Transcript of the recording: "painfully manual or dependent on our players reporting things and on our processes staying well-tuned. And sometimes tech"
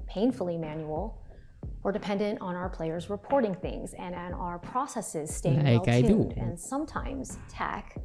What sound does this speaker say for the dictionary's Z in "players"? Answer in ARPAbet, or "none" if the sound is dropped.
Z